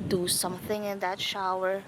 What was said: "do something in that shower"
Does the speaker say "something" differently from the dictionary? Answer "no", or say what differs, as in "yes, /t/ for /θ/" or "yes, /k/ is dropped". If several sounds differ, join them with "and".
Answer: no